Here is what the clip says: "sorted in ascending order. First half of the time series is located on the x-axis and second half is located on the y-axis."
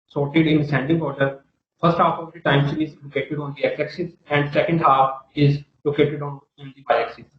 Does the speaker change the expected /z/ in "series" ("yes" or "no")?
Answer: yes